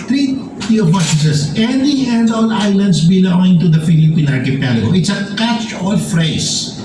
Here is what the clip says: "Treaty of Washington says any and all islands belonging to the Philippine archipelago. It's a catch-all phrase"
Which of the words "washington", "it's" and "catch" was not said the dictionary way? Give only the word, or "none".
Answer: washington